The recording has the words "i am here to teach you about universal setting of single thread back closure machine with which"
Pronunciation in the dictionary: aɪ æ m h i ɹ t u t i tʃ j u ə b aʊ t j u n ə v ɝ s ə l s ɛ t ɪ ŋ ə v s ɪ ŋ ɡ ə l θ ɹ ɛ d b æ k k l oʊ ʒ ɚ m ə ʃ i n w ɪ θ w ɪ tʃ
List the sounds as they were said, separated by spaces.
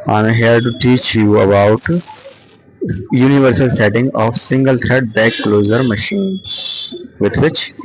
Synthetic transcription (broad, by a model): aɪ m h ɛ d t u t i tʃ j u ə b aʊ t j u n ə v ɝ s ə l s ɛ t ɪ ŋ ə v s ɪ ŋ ɡ ə l t ɹ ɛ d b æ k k l oʊ z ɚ m ə ʃ i n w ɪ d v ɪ tʃ